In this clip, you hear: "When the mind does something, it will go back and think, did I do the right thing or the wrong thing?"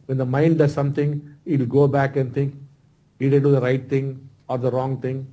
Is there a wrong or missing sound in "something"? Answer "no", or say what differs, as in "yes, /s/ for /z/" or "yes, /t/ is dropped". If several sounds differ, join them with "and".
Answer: yes, /t/ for /θ/